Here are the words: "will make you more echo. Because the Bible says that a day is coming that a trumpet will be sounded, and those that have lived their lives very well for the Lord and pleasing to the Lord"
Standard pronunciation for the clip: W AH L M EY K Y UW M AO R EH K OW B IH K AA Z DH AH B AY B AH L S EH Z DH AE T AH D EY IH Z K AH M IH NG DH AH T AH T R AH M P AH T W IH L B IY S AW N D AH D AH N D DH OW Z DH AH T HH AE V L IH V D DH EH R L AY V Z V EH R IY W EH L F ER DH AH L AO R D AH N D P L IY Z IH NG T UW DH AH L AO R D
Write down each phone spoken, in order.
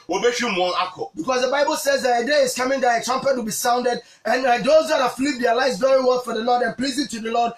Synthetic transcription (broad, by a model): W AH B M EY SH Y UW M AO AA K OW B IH K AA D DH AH B AY B AH L S EH Z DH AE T AH D EY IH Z K AH M IH NG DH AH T AH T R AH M P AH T W IH L B IY S AW N D AH D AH N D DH OW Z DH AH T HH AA F L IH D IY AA L AY Z V EH R IY W EH L F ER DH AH L AO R D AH N P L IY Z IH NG T UW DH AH L AO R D